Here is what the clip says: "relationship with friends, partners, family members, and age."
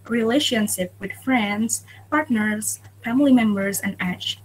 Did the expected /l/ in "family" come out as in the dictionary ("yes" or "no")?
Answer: yes